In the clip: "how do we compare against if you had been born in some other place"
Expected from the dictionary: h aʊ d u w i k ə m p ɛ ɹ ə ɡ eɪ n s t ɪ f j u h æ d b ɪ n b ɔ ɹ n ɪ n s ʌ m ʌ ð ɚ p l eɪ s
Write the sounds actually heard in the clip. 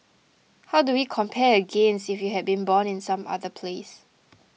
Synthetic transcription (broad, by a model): h aʊ d u w i k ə m p ɛ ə ɡ eɪ n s ɪ f j u h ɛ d b ɪ n b ɔ n ɪ n s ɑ m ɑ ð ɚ p l eɪ s